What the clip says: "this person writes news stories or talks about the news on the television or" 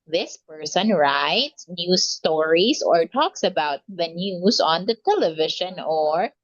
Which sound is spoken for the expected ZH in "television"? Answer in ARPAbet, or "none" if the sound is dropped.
SH